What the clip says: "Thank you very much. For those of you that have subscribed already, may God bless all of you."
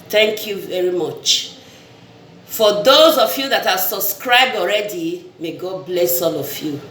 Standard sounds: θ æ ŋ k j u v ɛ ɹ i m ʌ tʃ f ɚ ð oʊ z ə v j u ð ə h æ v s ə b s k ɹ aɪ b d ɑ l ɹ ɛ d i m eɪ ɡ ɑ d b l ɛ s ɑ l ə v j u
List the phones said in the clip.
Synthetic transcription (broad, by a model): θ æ ŋ k j u v ɛ ɹ i m ʌ tʃ f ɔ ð oʊ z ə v j u ð ə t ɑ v s ə b s k ɹ aɪ b d ɑ l ɹ ɛ d i m eɪ ɡ ɑ d b l ɛ s ɑ l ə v j u